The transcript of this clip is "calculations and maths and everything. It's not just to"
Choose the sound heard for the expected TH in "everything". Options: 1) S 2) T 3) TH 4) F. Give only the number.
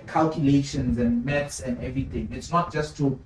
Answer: 2